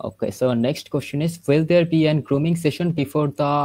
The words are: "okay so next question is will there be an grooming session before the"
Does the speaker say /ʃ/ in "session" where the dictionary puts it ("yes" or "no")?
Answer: yes